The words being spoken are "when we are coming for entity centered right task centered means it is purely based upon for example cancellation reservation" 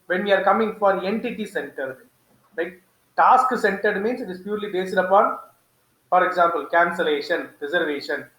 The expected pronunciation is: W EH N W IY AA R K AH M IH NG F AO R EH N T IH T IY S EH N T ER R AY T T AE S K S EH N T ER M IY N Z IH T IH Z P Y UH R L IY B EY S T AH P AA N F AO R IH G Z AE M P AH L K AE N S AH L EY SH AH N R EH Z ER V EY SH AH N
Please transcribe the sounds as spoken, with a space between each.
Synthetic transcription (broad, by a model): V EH N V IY AA R K AH M IH NG F AO R EH N T IH T IY S EH N T ER L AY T T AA S K S EH N T ER M IY N S IH T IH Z P Y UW R L IY B EY S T AH P AA N F AO R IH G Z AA M P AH L K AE N S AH L EY SH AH N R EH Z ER V EY SH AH N